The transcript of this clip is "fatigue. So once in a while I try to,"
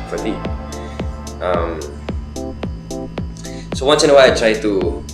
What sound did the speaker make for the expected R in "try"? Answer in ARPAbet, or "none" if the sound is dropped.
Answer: R